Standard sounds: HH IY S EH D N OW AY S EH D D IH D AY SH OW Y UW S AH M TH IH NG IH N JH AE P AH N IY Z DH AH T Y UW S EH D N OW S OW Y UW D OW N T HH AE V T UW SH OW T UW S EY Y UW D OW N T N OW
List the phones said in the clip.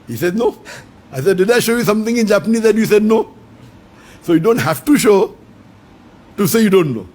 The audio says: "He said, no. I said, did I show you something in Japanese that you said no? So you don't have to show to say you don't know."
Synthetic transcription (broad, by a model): HH IY S EH D N OW AY S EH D D IH D AY SH OW Y UW S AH M T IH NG IH N JH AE P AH N IY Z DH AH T Y UW S EH D N OW S OW Y UW D OW N T HH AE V T UW SH OW T UW S EY Y UW D OW N T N OW